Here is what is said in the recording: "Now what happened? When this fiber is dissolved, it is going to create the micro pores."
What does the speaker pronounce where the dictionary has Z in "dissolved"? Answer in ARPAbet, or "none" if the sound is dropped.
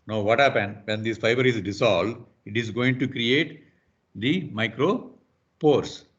S